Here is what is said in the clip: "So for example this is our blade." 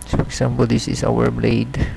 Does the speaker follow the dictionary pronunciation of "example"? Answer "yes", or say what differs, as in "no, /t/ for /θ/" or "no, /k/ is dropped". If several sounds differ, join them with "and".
no, /s/ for /z/